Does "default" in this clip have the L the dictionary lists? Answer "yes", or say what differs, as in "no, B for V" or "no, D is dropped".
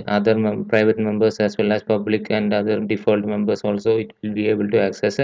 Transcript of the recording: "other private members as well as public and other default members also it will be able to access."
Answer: yes